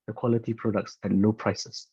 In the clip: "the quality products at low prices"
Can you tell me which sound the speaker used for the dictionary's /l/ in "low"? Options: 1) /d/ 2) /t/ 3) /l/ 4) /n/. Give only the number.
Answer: 4